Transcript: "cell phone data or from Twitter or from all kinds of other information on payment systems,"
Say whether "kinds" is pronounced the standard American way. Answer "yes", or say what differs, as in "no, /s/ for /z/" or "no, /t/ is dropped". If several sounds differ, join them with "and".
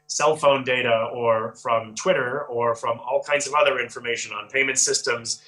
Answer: yes